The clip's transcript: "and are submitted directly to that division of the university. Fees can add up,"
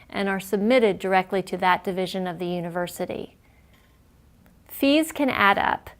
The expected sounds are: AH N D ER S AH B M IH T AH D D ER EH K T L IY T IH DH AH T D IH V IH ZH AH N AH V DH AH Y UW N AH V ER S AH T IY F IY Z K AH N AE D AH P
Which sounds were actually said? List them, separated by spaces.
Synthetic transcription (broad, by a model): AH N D ER S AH B M IH T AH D D ER EH K T L IY T IH DH AH T D IH V IH ZH AH N AH V DH AH Y UW N AH V ER S AH T IY F IY Z K AH N AE D AH P